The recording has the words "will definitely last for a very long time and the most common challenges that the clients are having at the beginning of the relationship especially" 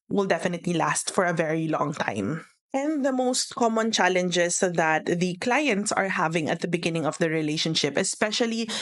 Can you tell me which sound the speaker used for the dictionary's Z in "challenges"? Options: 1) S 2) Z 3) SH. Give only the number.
1